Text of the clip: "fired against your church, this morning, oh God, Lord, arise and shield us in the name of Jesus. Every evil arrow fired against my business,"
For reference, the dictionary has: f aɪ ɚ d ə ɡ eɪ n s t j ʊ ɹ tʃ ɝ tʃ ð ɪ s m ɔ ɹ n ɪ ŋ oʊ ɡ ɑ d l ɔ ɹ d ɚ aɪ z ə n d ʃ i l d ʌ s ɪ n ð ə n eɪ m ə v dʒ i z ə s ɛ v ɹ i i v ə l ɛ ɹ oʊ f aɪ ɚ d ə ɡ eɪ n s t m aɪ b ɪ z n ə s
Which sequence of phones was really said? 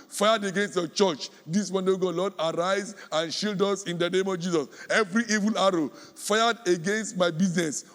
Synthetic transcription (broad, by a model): f aɪ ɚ d ə ɡ eɪ n s t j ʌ tʃ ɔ tʃ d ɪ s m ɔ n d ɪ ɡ oʊ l ɑ d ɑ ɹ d aɪ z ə n ʃ i l d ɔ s ɪ n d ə n eɪ m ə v dʒ i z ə s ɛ v ɹ i i v ə l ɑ ɹ oʊ f aɪ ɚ d ə ɡ eɪ n s t m aɪ b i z n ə s